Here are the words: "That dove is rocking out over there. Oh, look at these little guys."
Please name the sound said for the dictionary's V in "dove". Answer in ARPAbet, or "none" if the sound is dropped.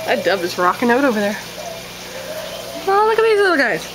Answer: B